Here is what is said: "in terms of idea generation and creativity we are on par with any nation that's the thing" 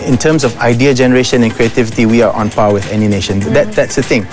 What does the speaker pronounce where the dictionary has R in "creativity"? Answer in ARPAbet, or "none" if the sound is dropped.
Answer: R